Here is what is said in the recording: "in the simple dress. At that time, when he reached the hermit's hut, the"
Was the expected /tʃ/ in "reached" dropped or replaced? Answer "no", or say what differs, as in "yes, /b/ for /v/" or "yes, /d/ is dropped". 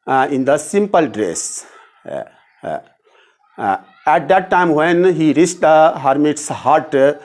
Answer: yes, /s/ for /tʃ/